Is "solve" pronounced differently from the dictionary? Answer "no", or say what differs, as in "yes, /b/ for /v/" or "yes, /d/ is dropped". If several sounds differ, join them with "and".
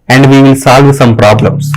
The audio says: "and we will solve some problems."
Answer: no